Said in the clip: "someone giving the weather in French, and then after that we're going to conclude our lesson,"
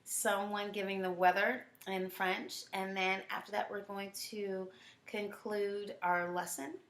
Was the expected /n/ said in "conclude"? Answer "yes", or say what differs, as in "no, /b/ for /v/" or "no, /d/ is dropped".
yes